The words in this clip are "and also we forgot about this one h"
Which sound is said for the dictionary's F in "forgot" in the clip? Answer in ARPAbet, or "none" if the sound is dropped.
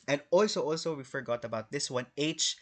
F